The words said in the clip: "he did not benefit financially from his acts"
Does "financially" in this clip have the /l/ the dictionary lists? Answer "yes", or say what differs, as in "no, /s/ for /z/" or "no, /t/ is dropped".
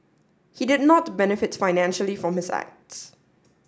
yes